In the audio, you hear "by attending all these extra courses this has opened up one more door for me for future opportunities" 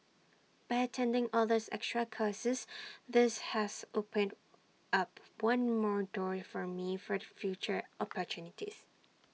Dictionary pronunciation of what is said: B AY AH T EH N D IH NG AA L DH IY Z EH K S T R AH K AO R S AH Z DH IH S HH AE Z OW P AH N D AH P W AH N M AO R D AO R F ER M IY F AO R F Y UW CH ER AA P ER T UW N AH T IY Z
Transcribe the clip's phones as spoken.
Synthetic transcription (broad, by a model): B AY AH T EH N D IH NG AA L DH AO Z EH K S T R AH K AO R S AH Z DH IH S HH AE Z OW P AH N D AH P W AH N M AO R D AO R F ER M IY F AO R F Y UW CH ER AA P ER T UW N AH T IY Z